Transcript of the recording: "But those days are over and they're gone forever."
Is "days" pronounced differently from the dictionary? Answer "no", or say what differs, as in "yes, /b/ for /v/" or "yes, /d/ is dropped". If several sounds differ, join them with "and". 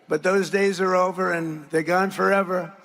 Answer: no